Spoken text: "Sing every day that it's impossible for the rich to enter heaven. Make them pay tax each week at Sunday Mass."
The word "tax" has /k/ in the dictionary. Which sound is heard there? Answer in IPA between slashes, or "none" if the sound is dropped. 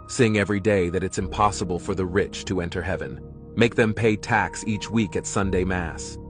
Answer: /k/